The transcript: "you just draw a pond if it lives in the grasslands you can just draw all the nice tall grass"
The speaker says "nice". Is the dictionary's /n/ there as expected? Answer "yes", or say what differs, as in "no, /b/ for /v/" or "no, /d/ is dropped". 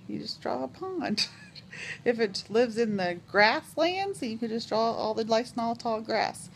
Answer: no, /l/ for /n/